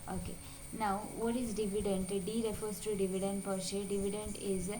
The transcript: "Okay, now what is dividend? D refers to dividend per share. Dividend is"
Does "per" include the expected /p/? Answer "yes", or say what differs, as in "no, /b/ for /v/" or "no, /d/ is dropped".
yes